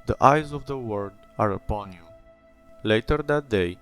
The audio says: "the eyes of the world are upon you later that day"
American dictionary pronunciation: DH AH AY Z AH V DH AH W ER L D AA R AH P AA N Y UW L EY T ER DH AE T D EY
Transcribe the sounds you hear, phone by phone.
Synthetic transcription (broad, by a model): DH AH AY Z AH V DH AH W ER D AA R AH P AA N Y UW L EY T ER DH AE T D EY